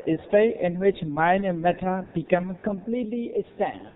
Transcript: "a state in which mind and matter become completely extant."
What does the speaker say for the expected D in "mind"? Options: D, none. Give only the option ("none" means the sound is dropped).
none